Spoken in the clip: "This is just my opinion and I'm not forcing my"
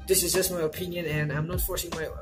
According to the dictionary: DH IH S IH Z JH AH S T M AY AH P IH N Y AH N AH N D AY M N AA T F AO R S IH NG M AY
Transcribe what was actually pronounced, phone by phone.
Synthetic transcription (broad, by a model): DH IH S IH Z JH AH S T M AY AH P IH N Y AH N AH N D AY M N AA T F AO R S IH NG M AY